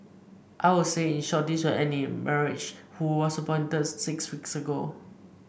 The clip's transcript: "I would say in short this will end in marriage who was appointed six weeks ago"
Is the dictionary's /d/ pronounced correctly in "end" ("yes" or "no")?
no